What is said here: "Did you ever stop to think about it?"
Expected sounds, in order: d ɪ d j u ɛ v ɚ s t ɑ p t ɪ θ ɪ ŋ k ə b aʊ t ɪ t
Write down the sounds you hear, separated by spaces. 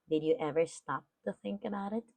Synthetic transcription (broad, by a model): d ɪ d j ɛ v ɚ s t ɑ p t ɪ θ ɪ ŋ k ə b aʊ t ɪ t